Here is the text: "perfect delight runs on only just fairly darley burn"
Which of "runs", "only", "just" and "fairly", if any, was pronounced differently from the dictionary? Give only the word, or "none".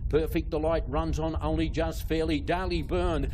none